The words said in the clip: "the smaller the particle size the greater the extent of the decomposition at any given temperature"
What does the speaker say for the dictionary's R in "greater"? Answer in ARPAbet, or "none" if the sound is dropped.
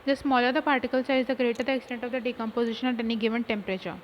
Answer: R